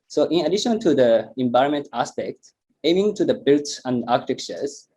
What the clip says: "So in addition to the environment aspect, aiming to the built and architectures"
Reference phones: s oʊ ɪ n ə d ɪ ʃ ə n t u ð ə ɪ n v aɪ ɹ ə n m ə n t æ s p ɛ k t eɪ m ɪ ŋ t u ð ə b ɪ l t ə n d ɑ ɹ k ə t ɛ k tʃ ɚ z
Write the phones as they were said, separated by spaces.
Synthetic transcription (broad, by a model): s oʊ ɪ n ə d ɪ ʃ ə n t u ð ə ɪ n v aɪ ə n m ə n t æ s p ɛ k t eɪ m ɪ ŋ t u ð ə b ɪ l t ə n d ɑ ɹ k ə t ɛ k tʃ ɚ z